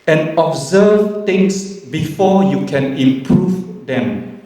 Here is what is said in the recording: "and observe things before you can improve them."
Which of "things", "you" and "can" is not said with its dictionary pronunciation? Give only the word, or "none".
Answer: things